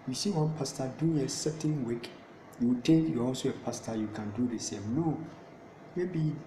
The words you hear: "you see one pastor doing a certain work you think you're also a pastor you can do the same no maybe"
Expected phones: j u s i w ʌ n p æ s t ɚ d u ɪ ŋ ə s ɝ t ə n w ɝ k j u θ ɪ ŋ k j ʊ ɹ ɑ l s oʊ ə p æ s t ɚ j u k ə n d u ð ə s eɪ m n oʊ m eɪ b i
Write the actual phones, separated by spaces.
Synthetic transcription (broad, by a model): j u s i w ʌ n p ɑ s t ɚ d u ɪ ŋ ə s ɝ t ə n w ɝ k j u t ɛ k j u ɑ l s oʊ ə p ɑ s t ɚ j u k ə n d u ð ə s eɪ m n oʊ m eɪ b i